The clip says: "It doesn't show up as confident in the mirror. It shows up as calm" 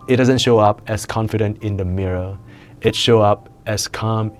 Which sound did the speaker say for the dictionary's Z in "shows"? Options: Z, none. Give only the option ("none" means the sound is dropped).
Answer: none